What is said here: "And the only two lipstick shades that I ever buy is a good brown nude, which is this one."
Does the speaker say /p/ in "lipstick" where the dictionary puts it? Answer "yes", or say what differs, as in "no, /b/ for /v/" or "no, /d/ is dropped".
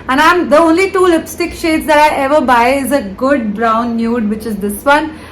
yes